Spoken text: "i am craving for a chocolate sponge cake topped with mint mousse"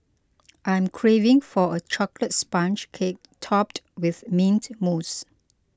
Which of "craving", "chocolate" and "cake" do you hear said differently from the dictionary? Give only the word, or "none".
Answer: none